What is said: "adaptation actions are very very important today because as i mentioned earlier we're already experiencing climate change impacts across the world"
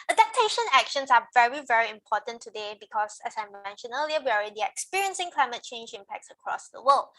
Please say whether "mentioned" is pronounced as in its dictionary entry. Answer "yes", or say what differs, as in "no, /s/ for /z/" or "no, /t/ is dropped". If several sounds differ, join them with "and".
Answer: no, /d/ is dropped